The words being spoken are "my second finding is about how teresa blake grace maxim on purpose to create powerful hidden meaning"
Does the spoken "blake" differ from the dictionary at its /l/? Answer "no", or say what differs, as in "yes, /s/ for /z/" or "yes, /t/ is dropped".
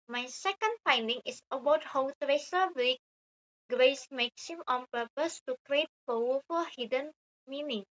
yes, /l/ is dropped